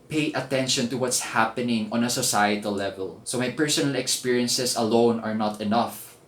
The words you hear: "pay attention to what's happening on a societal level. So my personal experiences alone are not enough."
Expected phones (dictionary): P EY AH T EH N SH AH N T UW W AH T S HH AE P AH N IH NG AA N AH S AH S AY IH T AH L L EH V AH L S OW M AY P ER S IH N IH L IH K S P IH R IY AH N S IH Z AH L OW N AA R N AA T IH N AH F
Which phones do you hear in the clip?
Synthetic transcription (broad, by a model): P EY AH T EH N SH AH N T UW W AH T S HH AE P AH N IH NG AA N AH S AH S AY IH T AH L L EH V AH L S OW M AY P ER S IH N IH L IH K S P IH R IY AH N S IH S AH L OW N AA R N AA T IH N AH F